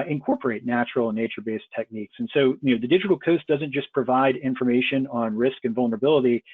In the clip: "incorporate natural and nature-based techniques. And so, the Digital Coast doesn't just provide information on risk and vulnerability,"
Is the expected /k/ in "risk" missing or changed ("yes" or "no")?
no